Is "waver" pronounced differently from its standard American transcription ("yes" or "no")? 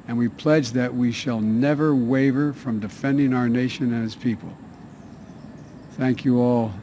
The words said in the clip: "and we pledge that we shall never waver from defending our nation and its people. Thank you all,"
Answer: no